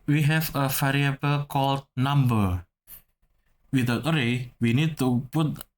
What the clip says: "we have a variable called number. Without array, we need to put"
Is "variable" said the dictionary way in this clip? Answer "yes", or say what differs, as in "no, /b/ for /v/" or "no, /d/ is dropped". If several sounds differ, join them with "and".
no, /f/ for /v/